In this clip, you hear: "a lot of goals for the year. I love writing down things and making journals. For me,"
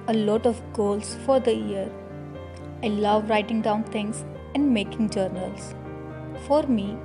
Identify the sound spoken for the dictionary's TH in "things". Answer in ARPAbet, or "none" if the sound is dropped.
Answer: T